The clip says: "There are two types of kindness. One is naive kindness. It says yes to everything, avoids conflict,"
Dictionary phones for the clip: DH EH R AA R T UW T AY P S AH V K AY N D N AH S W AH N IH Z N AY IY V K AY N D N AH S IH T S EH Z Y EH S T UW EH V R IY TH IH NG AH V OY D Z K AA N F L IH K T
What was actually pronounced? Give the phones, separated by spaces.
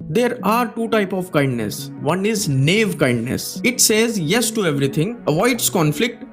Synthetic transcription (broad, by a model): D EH R AA R T UW T AY P AH V K AY N D N AH S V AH N IH Z N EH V K AY N D N AH S IH T S EH Z Y EH S T UW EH V R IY T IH NG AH V OY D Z K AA N F L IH K T